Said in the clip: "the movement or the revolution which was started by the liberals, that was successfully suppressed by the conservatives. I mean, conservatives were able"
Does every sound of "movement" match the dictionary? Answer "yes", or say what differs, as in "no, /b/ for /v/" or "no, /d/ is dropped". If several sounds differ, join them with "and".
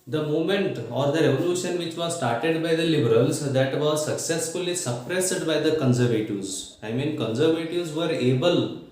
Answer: no, /v/ is dropped